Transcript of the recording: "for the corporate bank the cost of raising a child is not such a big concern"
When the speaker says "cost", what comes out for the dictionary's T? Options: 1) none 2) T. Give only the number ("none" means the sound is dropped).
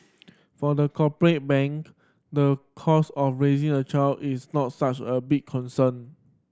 1